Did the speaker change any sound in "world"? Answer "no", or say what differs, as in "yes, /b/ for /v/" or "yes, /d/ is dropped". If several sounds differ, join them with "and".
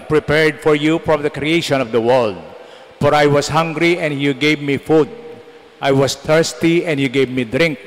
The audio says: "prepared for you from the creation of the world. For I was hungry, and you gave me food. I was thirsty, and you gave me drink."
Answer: no